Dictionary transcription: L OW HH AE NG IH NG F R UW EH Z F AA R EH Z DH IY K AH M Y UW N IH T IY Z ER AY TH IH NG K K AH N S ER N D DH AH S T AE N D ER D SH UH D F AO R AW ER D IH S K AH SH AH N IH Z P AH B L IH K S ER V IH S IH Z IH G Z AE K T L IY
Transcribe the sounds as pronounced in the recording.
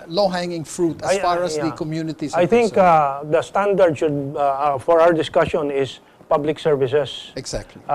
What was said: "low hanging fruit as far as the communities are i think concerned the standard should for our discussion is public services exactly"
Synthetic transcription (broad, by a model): L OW HH AE NG IH NG F R UW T F AA R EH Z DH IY K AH M Y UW N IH T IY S AY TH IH NG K K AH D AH S T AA N D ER D SH UH D F AO R AW ER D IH S K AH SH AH N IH S P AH B L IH K S ER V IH S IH S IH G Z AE K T L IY